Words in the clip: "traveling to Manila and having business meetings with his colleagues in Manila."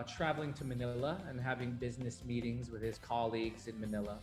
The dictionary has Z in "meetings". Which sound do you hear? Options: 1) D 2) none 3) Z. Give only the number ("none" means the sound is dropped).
3